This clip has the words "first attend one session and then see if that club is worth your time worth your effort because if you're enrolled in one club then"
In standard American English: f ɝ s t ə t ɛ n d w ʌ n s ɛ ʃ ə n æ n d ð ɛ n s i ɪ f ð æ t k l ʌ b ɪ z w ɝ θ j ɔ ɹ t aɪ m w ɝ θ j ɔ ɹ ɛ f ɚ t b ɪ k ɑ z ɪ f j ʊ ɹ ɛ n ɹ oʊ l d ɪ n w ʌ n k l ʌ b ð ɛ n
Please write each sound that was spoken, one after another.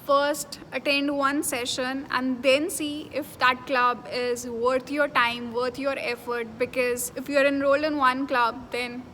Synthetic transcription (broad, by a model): f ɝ s t ə t ɛ n d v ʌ n s ɛ ʃ ə n æ n d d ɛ n s i ɪ f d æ t k l ʌ b ɪ z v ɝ t j ɔ ɹ t aɪ m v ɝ t j ɔ ɹ ɛ f ɚ t b ɪ k ɑ z ɪ f j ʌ ɹ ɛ n ɹ oʊ l ɪ n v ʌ n k l ʌ b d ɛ n